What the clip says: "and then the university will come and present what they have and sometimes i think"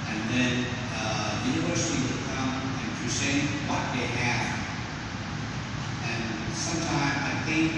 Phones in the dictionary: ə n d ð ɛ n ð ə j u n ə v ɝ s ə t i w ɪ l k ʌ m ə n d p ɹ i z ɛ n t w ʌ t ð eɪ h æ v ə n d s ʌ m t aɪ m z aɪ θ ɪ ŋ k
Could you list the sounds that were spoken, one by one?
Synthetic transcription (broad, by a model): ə n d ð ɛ n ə j u n ə v ɝ s ə t i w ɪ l k ʌ m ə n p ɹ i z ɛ w ʌ t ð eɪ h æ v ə n s ʌ m t aɪ m z aɪ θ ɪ ŋ k